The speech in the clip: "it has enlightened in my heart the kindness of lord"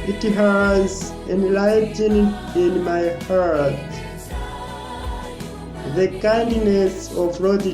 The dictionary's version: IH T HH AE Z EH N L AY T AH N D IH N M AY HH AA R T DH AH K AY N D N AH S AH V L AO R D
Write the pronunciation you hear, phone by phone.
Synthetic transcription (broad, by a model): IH T HH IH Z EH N L AY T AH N IH N M AY HH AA R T DH AH K AY N D N AH S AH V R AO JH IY